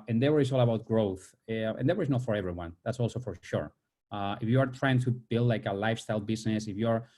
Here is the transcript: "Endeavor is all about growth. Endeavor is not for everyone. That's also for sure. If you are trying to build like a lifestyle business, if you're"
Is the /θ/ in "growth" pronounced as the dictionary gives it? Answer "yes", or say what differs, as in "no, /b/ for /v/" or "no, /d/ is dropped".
yes